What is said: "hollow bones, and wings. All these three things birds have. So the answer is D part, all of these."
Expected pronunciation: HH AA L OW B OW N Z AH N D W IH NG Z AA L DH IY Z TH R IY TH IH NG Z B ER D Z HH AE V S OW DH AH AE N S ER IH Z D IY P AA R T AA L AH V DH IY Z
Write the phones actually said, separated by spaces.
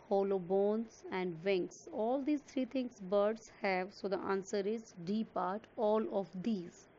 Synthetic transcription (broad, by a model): HH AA L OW B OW N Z AH N D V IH NG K AA L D IY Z T R IY T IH NG S B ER D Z HH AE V S OW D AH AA N S ER IH Z D IY P AA R T AA L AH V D IY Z